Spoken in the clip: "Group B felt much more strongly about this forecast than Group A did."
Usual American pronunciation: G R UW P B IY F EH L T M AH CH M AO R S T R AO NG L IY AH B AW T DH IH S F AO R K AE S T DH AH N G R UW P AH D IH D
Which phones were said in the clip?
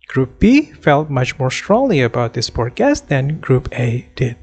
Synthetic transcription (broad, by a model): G R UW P B IY F EH L T M AH CH M AO R S T R AO NG L IY AH B AW T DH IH S P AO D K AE S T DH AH N G R UW P AH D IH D